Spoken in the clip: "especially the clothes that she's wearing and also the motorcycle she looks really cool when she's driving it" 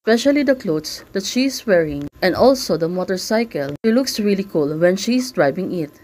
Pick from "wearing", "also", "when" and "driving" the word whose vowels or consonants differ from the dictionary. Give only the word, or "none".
driving